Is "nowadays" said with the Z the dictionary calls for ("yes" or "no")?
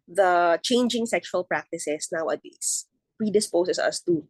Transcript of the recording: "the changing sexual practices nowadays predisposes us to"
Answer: no